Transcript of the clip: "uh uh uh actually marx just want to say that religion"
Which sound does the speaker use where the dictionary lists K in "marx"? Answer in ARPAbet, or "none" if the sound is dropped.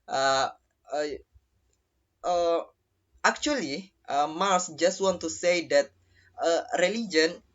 none